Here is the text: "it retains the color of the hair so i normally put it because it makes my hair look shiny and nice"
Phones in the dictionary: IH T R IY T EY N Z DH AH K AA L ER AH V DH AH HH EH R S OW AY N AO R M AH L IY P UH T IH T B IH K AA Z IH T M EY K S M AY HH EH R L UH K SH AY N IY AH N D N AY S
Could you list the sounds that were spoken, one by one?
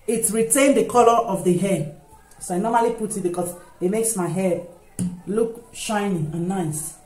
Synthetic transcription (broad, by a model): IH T R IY T EY N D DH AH K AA L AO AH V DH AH HH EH S OW AY N AO M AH L IY P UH T IH T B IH K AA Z IH T M EY K S M AY HH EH L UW K SH AY N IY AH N N AY S